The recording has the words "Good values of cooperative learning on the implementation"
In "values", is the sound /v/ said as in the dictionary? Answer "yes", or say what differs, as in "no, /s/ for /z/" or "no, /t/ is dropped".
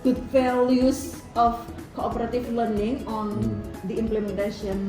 no, /f/ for /v/